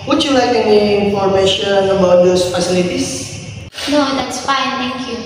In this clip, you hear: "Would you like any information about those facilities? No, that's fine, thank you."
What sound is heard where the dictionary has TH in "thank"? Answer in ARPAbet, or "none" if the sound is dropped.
T